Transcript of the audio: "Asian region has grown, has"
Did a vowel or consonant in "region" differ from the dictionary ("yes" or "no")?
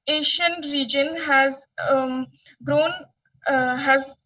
no